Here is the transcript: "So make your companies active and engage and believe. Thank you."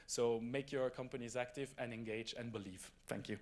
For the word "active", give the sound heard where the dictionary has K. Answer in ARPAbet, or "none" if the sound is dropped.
K